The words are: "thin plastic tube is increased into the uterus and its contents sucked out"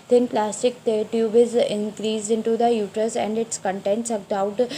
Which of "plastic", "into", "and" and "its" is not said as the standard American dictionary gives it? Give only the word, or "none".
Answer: plastic